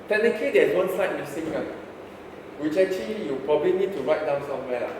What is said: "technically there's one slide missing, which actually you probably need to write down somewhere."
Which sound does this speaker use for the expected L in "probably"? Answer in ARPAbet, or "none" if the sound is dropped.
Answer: L